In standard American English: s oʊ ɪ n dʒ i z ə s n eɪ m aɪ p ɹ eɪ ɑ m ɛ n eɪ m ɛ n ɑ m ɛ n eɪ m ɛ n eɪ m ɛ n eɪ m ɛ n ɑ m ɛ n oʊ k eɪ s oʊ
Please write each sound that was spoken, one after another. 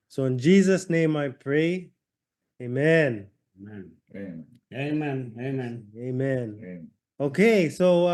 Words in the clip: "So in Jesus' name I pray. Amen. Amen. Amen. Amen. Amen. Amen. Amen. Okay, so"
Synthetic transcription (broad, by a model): s oʊ ɪ n dʒ i z ə s n eɪ m aɪ p ɹ eɪ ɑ eɪ m ɛ n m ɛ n eɪ m ɛ n eɪ m ɛ n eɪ ɑ m ɛ n oʊ k eɪ s oʊ